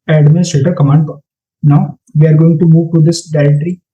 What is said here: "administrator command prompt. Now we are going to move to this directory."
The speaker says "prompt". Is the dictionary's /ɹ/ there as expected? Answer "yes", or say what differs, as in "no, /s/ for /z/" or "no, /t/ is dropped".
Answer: no, /ɹ/ is dropped